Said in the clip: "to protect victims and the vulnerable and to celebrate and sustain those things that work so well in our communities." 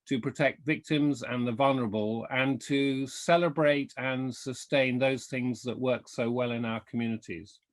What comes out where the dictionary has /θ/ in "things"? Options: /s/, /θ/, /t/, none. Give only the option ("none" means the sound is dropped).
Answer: /θ/